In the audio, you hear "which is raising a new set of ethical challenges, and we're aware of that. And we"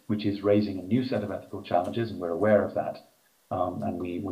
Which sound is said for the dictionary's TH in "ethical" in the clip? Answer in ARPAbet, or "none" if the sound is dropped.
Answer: TH